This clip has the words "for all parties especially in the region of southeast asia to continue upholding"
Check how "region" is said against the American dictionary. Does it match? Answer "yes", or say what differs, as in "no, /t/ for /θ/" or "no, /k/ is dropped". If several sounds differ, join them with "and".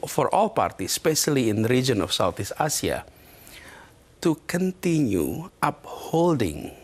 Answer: yes